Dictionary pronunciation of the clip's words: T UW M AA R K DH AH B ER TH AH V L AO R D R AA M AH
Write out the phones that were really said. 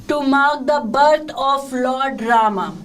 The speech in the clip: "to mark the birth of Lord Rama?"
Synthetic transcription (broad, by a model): T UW M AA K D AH B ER T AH F L AO R D R AA M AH